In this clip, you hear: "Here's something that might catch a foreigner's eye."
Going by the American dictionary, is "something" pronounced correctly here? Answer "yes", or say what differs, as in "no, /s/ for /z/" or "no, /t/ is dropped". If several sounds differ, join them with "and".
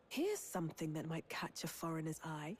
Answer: yes